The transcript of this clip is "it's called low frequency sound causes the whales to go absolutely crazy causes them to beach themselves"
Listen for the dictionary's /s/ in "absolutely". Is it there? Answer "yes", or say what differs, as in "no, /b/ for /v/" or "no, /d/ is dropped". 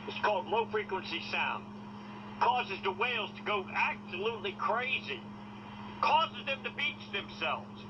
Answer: yes